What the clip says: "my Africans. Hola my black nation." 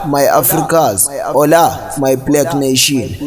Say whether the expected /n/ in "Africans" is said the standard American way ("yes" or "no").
no